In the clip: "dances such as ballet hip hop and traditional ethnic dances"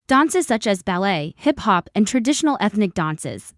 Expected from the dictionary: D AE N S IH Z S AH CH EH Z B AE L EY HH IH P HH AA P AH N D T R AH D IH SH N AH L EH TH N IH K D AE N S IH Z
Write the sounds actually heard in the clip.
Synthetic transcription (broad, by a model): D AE N S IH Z S AH CH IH Z B AE L EY HH IH P HH AA P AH N T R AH D IH SH N L EH TH N IH K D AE N S IH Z